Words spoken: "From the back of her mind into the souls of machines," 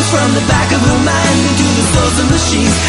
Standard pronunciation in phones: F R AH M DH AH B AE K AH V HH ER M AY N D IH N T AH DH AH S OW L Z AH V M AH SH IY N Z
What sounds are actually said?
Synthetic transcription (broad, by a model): F R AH M DH AH B AE K AH V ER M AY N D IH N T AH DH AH TH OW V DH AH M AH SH IY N